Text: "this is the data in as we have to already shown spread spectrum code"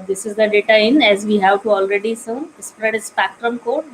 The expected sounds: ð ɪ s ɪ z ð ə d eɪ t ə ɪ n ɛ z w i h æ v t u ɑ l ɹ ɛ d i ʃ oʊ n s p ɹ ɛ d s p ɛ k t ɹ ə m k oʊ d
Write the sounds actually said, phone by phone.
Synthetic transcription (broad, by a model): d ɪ s ɪ z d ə d eɪ t ə ɪ n ɛ z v i h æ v t u ɑ l ɹ ɛ d i s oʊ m s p ɹ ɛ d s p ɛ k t ɹ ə m k oʊ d